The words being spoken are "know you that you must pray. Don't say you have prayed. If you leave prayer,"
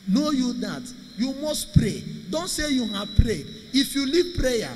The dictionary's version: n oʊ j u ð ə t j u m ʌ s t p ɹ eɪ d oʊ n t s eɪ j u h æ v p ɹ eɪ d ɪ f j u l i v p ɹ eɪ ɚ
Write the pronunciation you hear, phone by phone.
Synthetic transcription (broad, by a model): n oʊ j u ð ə t j u m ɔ s t p ɹ eɪ d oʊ n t s eɪ j u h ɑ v p ɹ eɪ ɪ f j u l i v p ɹ eɪ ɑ